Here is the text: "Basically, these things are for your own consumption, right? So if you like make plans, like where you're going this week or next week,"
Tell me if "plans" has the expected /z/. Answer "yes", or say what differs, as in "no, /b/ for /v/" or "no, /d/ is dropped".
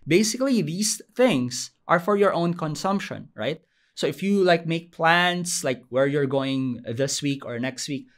no, /s/ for /z/